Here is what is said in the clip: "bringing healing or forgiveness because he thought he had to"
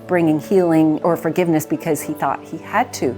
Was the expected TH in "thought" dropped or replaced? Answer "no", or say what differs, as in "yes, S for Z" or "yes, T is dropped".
no